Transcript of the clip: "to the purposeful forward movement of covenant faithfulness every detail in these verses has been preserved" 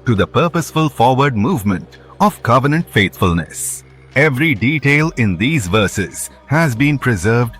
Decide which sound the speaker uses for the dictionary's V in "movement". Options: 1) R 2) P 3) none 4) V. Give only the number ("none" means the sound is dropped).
4